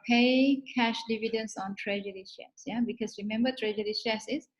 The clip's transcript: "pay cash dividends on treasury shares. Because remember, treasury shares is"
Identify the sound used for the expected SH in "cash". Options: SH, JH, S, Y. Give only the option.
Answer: SH